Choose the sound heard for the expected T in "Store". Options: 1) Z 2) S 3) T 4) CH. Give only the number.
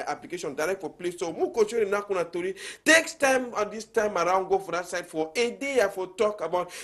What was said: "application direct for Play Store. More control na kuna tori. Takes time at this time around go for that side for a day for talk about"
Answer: 2